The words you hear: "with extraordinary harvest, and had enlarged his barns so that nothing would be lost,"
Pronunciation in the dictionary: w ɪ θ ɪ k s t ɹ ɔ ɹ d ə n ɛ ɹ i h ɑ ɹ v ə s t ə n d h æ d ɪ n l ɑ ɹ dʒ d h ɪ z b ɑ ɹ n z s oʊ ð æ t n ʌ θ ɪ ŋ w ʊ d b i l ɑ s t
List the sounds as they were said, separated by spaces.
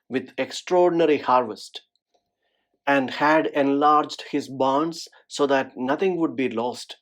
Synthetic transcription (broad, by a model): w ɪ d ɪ k s t ɹ ɔ ɹ d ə n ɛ ɹ i h ɑ ɹ v ə s t ə n d h æ d ɪ n l ɑ ɹ dʒ d h ɪ z b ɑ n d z s oʊ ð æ t n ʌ t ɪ ŋ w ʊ d b i l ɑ s t